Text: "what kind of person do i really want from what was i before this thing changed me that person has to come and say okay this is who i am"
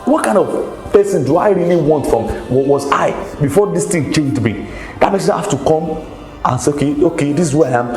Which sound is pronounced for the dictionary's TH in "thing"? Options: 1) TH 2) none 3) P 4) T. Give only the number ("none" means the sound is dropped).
4